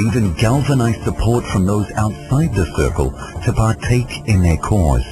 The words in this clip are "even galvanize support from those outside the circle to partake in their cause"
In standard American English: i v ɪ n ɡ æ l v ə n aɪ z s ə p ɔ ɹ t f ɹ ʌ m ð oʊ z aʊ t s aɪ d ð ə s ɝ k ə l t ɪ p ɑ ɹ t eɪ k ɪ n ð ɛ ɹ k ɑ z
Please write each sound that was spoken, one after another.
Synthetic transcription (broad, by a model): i v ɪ n ɡ æ l v ə n aɪ z s ə p ɔ ɹ t f ɹ ʌ m ð oʊ z aʊ t s aɪ d ð ə s ɝ k ə l t ɪ p ɑ ɹ t eɪ k ɪ n ð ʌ ɹ k ɑ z